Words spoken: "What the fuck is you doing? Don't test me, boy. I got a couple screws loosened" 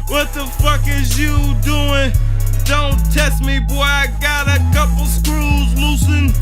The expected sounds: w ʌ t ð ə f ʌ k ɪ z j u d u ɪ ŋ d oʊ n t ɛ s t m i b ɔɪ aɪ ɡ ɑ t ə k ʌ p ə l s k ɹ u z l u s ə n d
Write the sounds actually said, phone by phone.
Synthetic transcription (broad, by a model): w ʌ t ð ə f ʌ k ɪ z j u d u ɪ ŋ d oʊ n t ɛ s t m i b ɔɪ aɪ ɡ ɑ t ə k ʌ p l s k ɹ u z l u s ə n